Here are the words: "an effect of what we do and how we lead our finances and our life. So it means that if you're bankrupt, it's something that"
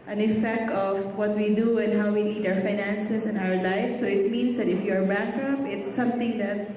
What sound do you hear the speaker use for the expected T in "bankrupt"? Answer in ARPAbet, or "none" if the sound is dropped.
none